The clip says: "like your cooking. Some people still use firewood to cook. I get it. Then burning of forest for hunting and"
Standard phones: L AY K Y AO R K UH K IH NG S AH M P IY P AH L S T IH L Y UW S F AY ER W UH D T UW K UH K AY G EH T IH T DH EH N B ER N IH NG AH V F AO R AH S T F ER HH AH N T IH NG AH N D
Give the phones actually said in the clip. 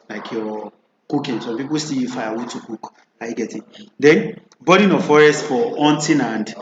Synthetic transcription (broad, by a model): L AY K Y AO K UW K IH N S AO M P IY P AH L S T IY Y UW F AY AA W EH T UW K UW K AY G EH T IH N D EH N B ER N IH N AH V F AO R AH S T F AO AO N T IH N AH N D